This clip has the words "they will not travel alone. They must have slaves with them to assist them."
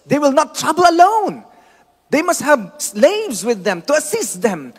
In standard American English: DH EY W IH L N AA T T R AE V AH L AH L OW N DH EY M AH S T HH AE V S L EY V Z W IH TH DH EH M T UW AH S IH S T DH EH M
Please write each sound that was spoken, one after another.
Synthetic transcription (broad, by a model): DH EY W IH L N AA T T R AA B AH L AH L OW N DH EY M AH S T HH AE V S L EY V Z W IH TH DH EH M T UW AH S IH S T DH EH M